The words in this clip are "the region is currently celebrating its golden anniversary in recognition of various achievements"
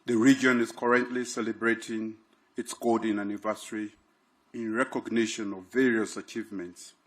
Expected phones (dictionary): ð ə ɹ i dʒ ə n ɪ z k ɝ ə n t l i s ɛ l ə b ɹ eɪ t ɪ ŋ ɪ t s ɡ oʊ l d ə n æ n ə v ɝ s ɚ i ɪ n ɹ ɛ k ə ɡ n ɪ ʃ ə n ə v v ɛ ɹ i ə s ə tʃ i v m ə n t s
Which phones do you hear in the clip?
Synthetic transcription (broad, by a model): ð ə ɹ i dʒ ə n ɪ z k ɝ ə n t l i s ɛ l ə b ɹ eɪ t ɪ ŋ ɪ t s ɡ oʊ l d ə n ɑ n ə v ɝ s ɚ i ɪ n ɹ ɛ k ə ɡ n ɪ ʃ ə n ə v v ɛ ɹ i ə s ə tʃ i v m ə n t s